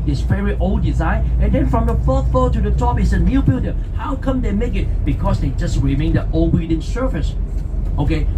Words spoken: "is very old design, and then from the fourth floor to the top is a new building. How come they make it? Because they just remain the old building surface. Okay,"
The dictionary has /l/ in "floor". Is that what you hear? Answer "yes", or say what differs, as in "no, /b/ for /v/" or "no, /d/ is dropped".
no, /l/ is dropped